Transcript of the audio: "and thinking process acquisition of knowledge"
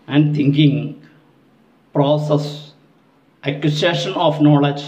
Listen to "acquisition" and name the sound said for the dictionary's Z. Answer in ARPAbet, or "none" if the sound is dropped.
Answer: S